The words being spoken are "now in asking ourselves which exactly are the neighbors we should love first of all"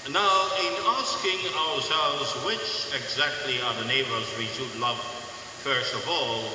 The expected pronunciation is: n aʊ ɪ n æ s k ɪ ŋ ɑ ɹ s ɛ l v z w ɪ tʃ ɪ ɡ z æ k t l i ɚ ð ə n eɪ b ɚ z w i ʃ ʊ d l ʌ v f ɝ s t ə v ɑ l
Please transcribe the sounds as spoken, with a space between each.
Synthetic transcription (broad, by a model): n aʊ ɪ n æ s k ɪ ŋ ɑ ɹ s ɛ l v z w ɪ tʃ ɪ ɡ z æ k t l i ɚ ð ə n eɪ b ɚ z w i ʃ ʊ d l ʌ v f ɝ s t ə v ɑ l